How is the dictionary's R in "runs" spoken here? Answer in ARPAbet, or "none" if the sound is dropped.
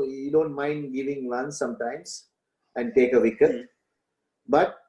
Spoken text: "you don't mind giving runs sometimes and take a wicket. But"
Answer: L